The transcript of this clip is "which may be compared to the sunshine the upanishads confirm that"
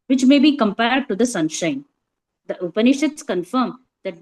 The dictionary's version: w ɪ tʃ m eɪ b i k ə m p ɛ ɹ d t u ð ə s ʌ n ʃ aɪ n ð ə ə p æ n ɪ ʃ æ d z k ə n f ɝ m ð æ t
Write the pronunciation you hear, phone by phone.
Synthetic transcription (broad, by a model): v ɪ tʃ m eɪ b i k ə m p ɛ ɹ d t u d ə s ʌ n ʃ aɪ n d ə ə p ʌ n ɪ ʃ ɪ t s k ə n f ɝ m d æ t